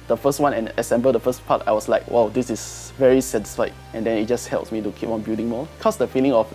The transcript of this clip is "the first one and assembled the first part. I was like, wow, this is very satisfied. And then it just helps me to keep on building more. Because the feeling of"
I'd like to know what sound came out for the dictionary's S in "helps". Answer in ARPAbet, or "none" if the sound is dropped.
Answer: S